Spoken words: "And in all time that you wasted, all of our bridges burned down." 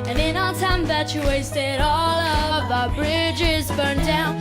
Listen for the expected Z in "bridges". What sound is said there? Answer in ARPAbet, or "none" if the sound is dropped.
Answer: Z